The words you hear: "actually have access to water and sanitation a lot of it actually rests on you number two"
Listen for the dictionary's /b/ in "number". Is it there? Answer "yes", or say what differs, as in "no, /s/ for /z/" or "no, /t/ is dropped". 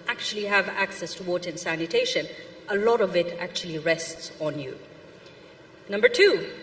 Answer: yes